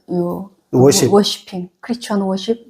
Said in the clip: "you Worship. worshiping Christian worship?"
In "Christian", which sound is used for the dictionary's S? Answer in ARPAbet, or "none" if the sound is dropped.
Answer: none